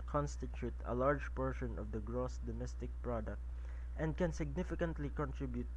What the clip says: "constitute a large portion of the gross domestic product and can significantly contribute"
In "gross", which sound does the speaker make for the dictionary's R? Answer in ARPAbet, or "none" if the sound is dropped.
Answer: R